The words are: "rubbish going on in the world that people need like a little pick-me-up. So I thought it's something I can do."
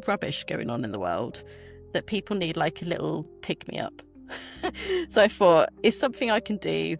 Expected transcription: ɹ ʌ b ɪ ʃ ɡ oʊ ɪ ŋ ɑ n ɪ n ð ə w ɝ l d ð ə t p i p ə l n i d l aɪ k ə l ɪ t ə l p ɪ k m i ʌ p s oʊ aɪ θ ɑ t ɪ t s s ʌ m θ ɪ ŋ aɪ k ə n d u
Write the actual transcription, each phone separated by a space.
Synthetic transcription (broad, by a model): ɹ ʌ b ɪ ʃ ɡ oʊ ɪ ŋ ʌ n ɪ n ð ə w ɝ l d ð ə t p i p ə l n i d l aɪ k ə l ɪ t l p ɪ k m i ʌ p s oʊ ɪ f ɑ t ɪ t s s ʌ m θ ɪ ŋ aɪ k ə n d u